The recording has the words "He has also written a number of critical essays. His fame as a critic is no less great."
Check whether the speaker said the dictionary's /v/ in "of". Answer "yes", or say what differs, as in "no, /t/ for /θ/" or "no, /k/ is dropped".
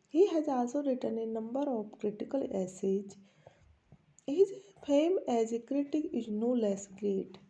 no, /p/ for /v/